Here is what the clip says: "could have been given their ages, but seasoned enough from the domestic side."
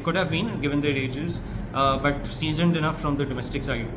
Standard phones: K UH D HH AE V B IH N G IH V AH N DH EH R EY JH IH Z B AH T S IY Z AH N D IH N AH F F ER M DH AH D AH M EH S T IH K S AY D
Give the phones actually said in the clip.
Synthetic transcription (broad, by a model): K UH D HH AE V B IH N G IH V AH N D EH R EY JH IH Z B AH T S IY Z AH N D IH N AH F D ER M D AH D AH M EH S T IH K S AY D